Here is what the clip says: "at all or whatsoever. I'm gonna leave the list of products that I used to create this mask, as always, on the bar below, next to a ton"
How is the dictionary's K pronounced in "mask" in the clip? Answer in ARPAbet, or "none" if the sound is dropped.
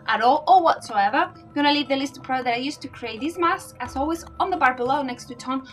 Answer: none